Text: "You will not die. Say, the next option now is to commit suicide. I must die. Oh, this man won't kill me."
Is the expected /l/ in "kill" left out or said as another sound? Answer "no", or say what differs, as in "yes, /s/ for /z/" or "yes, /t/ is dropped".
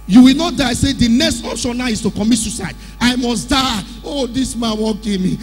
yes, /n/ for /l/